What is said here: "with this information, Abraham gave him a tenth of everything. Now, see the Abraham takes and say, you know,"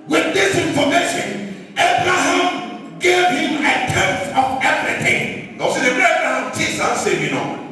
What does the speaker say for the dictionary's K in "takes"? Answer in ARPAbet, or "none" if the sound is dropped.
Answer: none